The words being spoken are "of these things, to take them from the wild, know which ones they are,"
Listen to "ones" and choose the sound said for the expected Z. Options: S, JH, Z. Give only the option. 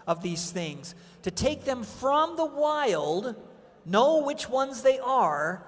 Z